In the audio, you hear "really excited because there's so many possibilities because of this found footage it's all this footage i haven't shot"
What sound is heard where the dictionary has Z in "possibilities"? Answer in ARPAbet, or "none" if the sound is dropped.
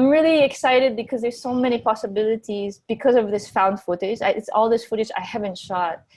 Z